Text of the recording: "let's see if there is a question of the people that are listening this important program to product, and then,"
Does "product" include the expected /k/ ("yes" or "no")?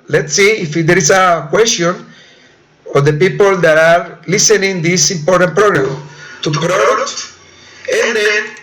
no